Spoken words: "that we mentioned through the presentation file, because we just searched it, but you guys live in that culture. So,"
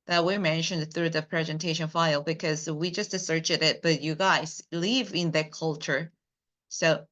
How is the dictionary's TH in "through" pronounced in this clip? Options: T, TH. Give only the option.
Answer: TH